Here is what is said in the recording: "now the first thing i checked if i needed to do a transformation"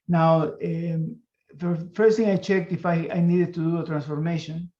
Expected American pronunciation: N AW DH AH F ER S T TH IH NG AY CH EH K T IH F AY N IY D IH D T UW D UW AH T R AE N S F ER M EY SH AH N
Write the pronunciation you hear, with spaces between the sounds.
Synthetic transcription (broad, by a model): N AW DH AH F ER S T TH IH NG AY CH EH K T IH F AY N IY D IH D T UW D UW AH T R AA N S F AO M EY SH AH N